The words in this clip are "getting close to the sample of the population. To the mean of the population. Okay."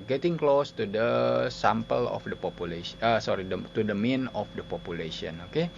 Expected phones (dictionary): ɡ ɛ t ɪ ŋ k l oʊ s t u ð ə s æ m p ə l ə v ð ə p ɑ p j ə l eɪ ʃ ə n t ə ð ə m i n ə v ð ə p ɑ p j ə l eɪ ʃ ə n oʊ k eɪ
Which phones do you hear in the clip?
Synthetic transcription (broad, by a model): ɡ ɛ t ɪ ŋ k l oʊ s t u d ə s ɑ m p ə l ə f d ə p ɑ p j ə l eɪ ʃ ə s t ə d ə m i n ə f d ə p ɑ p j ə l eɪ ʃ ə n oʊ k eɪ